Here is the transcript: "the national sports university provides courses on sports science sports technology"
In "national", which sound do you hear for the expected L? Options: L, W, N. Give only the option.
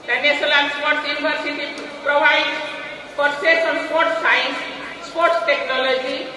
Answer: N